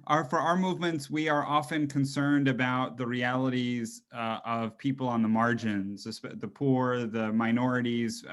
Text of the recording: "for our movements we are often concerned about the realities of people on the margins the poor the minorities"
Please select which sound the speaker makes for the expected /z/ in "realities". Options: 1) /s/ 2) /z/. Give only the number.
2